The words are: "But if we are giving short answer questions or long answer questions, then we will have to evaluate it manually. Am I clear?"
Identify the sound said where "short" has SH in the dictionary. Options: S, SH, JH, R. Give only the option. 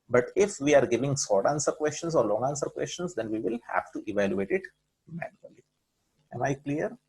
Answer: S